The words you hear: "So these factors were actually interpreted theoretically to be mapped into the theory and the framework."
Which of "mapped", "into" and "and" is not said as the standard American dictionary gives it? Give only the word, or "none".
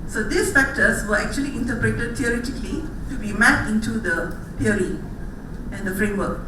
mapped